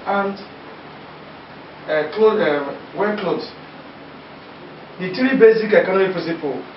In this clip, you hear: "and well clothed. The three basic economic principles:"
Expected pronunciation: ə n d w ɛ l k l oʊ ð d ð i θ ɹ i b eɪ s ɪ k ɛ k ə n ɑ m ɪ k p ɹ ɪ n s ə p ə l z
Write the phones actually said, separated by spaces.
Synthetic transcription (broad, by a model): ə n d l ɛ w k l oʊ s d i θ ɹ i b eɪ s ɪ k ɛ k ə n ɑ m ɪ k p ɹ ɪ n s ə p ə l